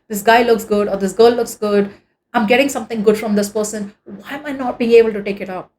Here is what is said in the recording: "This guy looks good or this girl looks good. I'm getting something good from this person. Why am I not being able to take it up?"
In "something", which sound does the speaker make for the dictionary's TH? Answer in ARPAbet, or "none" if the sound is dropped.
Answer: T